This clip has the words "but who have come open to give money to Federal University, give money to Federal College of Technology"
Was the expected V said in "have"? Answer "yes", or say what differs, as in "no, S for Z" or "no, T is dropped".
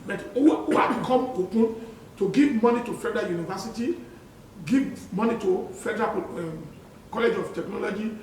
no, B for V